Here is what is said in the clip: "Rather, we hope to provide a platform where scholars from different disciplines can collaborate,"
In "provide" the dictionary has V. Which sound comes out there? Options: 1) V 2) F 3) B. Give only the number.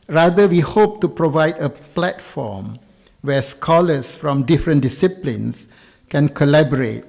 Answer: 1